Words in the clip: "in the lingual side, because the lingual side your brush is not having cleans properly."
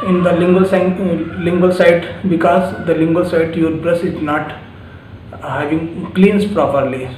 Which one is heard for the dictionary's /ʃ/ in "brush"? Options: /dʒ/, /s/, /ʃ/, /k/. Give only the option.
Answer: /s/